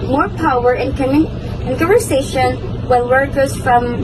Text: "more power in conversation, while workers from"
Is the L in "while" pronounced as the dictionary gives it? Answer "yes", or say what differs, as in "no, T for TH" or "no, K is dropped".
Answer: no, N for L